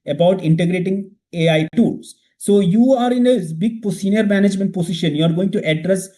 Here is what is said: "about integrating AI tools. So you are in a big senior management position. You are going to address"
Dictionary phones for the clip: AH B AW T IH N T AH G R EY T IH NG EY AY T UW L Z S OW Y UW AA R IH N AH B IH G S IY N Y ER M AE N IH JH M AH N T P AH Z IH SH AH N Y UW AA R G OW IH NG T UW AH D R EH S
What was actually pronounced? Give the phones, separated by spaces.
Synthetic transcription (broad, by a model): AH B AW T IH N T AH G R EY T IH NG EY AY T UW L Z S OW Y UW AA R IH N AH B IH G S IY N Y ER M AE N IH JH M AH N T P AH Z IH SH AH N Y UW AA R G OW IH NG T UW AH D R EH S